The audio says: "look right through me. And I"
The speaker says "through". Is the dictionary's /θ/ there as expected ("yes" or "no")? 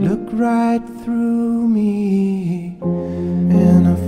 yes